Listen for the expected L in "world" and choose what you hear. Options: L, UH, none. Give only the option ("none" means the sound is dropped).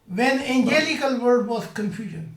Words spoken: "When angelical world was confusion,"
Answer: none